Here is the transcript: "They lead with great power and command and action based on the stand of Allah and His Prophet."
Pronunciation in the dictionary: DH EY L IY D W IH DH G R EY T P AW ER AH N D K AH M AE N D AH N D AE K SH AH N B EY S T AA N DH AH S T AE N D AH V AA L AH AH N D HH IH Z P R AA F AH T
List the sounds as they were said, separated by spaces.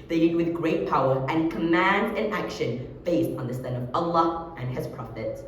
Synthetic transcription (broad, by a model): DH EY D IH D W IH DH G R EY T P AW ER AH N K AH M AE N D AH N AE K SH AH N B EY S T N DH AH S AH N AH V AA L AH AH N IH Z P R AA F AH T